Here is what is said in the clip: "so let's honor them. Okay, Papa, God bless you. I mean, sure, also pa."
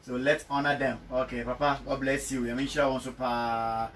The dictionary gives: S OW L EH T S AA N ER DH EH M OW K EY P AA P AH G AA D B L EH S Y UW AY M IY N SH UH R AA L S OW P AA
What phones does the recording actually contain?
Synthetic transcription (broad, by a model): S OW L EH T S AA N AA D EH M OW K EY P AA P AH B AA B L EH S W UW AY M IY N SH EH W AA N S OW P AA